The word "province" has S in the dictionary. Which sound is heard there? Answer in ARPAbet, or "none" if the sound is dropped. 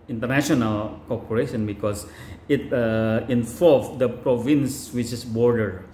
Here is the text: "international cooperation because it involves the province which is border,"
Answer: S